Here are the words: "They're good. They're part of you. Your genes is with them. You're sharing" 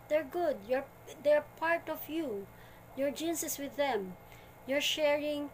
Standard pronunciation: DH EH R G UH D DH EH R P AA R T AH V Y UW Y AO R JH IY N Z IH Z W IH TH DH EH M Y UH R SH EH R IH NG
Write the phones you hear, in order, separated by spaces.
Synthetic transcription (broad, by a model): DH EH R G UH D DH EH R P AA R T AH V Y UW Y AO R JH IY N S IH S W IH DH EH M Y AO R SH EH R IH NG